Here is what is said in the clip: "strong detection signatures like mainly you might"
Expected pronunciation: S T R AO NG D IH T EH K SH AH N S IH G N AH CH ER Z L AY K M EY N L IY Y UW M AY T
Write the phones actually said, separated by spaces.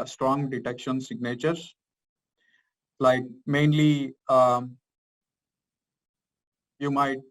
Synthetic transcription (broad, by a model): S T R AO NG D IH T EH K SH AH N S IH G N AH CH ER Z L AY K M EY N L IY Y UW M AY T